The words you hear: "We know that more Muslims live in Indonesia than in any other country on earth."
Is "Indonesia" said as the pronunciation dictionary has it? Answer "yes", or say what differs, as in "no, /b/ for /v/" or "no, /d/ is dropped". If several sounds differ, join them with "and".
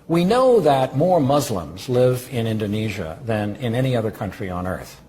yes